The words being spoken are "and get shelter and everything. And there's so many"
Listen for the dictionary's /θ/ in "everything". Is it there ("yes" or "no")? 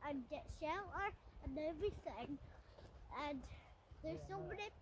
yes